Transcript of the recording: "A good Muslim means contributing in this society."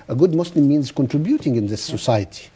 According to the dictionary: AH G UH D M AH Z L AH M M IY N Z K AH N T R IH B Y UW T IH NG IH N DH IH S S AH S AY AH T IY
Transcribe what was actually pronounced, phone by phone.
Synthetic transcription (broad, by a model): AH G UH D M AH S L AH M M IY N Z K AH N T R IH B Y UW T IH NG IH N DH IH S S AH S AY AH T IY